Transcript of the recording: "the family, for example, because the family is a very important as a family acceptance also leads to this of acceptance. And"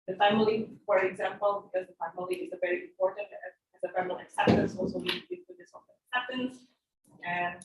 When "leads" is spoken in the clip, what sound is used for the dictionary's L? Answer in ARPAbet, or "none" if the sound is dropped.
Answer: W